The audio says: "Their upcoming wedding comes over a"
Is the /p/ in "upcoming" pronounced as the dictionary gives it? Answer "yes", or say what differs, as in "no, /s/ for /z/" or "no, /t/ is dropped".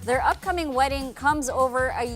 yes